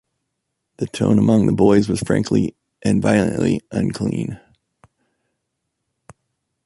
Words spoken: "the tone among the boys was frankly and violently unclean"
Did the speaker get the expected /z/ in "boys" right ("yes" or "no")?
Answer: yes